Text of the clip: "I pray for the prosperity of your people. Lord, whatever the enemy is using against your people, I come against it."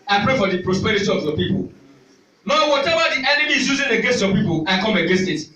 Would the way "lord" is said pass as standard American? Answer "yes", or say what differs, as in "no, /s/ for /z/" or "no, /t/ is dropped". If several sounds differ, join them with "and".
no, /n/ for /l/